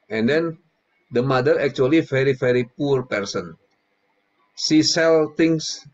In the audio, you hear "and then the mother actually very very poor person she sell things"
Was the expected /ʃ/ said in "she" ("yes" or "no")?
no